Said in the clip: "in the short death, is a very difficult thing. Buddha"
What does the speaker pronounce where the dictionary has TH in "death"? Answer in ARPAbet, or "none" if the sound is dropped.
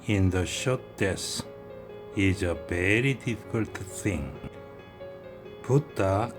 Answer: S